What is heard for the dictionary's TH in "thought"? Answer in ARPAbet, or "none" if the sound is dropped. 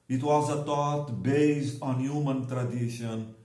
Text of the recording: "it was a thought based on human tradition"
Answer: T